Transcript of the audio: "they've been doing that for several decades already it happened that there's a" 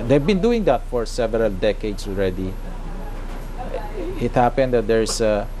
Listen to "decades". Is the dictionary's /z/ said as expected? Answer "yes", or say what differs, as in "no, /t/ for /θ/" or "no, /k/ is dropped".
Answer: no, /s/ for /z/